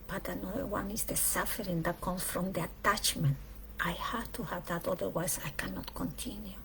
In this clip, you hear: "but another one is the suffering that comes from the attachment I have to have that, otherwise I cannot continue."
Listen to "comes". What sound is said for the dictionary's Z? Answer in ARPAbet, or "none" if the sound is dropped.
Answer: none